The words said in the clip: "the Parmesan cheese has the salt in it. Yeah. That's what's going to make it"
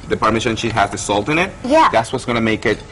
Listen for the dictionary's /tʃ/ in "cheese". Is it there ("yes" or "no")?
no